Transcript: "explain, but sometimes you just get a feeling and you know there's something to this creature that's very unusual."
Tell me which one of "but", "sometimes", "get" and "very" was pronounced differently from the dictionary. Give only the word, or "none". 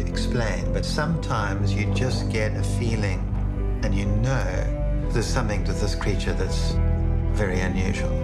none